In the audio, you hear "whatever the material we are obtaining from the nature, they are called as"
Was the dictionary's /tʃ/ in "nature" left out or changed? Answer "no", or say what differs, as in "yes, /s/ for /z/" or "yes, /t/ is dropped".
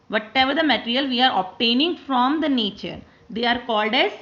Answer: no